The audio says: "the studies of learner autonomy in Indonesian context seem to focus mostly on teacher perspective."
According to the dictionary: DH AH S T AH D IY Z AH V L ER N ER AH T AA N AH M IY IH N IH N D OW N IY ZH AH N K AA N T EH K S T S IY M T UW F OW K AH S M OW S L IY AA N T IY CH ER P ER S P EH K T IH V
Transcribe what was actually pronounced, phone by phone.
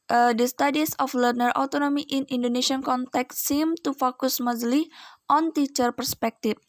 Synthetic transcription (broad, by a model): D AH S T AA D IY S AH F L ER N ER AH T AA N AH M IY IH N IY N D OW N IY SH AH N K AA N T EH K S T S IY M T UW F OW K AH S M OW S L IY AA N T IY CH ER P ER S P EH K T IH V